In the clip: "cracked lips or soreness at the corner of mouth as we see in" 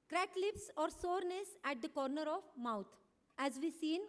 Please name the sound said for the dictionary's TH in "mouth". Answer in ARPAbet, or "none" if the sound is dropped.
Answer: T